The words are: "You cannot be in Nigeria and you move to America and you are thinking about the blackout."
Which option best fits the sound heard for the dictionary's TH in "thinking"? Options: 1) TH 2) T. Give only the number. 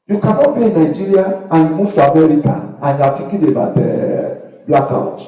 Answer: 2